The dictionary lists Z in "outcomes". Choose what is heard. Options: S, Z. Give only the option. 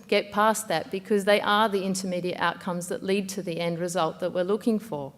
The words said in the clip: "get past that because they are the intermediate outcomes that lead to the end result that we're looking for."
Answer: Z